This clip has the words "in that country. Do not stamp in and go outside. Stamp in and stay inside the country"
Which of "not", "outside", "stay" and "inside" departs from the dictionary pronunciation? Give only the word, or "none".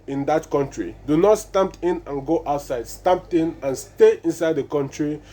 none